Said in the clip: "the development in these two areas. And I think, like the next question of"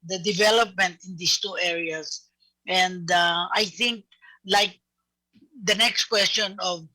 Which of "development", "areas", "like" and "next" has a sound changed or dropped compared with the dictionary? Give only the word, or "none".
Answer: areas